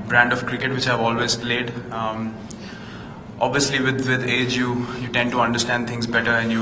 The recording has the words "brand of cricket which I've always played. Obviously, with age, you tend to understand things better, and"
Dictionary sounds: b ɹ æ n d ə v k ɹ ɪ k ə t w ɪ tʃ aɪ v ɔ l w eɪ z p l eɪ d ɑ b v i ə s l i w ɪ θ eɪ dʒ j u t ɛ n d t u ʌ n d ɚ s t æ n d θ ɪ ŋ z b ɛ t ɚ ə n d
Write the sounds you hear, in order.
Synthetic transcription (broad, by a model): b ɹ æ n d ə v k ɹ ɪ k ə t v ɪ tʃ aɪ v ɔ l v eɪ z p l eɪ d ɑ b v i ə s l i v ɪ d eɪ dʒ j u t ɛ n d t u ʌ n d ɚ s t æ n d t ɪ ŋ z b ɛ t ɚ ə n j